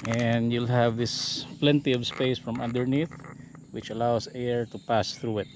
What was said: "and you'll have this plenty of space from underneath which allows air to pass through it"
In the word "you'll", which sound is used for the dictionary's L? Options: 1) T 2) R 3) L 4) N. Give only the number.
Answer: 3